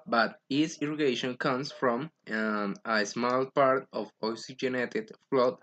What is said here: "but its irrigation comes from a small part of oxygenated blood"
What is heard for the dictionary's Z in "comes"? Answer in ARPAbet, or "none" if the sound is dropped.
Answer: S